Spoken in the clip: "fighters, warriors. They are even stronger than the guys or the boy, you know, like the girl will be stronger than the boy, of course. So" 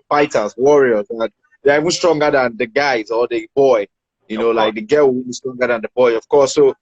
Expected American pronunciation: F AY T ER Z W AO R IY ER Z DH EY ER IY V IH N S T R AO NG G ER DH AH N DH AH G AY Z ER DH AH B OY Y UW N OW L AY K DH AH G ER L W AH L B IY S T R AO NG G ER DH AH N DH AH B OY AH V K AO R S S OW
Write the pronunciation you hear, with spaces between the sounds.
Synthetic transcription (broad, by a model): F AY T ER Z W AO R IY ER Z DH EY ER IY V IH N S T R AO NG G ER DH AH N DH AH G AY Z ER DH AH B OY Y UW N OW L AY K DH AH G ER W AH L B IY S T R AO NG G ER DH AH N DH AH B OY AH V K AO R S S OW